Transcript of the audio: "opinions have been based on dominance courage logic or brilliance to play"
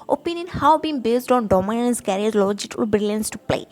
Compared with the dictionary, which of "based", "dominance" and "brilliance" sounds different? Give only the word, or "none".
none